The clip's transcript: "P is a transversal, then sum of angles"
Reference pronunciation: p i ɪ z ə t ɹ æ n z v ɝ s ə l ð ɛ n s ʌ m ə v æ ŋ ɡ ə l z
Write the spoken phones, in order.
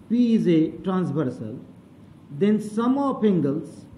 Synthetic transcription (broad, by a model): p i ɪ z ə t ɹ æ n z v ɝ s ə l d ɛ n s ʌ m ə p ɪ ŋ ɡ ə l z